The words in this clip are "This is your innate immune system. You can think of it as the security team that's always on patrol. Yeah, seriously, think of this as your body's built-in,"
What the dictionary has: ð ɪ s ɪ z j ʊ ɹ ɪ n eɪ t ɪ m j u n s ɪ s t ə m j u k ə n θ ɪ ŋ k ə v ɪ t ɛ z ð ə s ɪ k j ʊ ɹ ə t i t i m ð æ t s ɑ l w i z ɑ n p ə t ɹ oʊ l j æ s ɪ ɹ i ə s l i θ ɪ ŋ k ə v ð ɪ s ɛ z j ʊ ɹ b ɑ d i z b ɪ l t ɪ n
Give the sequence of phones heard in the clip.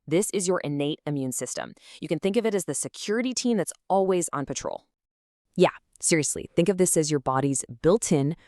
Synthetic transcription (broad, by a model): ð ɪ s ɪ z j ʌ ɹ ɪ n eɪ t ɪ m j u n s ɪ s t ə m j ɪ k ə n θ ɪ ŋ k ə v ɪ t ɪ z ð ə s ɪ k j ʊ ɹ ə t i t i m ð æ t s ɑ l w i z n p ə t ɹ oʊ l j æ s ɪ ɹ i ə s l i θ ɪ ŋ k ə v ð ɪ s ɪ z j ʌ ɹ b ɑ d i z b ɪ l t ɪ n